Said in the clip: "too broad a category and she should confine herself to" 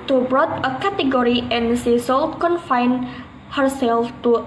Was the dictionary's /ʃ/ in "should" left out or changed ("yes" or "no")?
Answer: yes